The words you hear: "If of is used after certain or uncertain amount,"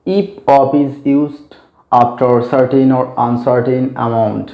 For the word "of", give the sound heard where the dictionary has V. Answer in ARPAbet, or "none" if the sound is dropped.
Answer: P